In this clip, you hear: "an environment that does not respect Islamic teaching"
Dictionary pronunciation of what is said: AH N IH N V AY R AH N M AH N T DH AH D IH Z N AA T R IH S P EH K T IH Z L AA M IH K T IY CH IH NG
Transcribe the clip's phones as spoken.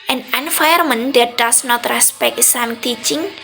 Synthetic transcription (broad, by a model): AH N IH N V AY AH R M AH N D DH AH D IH S N AA T R IH S P EH K T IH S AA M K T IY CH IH NG